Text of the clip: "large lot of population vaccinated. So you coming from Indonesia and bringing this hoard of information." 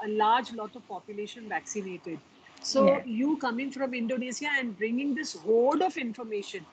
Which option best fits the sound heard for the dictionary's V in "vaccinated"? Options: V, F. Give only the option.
V